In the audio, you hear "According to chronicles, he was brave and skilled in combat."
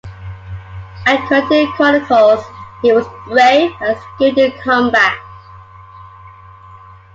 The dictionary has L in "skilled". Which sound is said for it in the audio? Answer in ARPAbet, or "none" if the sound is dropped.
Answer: none